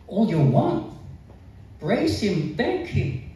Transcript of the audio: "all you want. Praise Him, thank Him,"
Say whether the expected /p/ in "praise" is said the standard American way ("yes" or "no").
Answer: no